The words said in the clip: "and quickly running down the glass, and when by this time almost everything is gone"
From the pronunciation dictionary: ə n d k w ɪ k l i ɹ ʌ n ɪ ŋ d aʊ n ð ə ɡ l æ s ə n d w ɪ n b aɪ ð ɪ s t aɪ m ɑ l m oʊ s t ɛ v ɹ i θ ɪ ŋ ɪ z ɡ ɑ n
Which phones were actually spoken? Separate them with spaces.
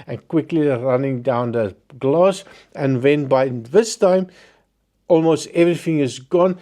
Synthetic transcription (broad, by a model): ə n k w ɪ k l i ɹ ʌ n ɪ ŋ d aʊ n ð ə ɡ l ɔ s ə n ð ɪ n b aɪ ð ɪ s t aɪ m ɑ l m oʊ s t ɛ v ɹ i θ ɪ ŋ ɪ z ɡ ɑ n